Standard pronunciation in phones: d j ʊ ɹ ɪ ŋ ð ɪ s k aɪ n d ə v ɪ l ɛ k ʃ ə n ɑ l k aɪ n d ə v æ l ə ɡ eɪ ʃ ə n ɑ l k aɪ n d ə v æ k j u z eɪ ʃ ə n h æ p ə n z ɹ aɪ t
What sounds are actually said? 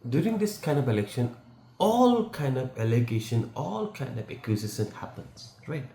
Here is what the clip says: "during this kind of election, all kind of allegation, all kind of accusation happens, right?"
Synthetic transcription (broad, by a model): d j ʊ ɹ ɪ ŋ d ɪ s k aɪ n d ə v ɪ l ɛ k ʃ ə n ɑ l k aɪ n d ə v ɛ l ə ɡ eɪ ʃ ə n ɑ l k aɪ n d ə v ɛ k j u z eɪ s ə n h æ p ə n s ɹ aɪ t